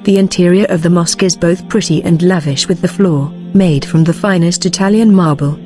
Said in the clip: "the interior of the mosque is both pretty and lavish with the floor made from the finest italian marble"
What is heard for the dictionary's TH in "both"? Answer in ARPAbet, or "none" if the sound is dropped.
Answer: TH